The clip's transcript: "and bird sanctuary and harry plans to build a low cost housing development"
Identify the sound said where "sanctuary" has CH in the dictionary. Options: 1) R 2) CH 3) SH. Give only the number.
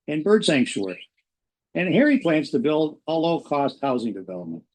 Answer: 3